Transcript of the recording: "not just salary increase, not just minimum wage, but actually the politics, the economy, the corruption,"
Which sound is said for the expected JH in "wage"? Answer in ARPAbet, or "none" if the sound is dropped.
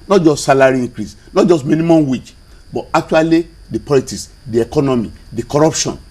CH